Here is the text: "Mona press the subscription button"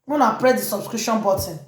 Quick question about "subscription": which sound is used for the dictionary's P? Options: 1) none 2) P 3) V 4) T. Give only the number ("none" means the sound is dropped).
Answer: 1